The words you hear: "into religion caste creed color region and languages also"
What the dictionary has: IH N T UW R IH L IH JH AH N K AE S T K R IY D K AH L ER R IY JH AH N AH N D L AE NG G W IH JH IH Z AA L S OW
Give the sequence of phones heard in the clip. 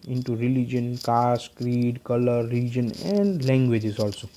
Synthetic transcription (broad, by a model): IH N T UW R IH L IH JH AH N K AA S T K R IY D K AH L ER R IY JH AH N AH N D L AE NG G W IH JH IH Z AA L S OW